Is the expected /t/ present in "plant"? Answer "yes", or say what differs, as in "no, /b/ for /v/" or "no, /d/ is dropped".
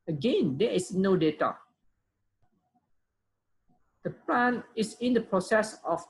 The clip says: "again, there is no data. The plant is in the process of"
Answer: no, /t/ is dropped